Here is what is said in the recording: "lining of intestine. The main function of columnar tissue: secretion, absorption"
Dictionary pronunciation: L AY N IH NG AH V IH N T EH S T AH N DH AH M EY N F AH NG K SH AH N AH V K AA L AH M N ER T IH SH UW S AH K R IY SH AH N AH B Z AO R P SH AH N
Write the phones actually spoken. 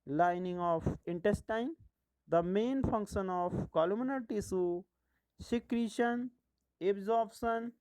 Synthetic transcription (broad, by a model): L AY N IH NG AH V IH N T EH S T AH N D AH M EY N F AH NG K SH AH N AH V K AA L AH M N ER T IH S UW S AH K R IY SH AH N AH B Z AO R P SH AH N